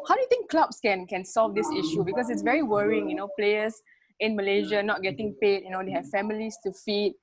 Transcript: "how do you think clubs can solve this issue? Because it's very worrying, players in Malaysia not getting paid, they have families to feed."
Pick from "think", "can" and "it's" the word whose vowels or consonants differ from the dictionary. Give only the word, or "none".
think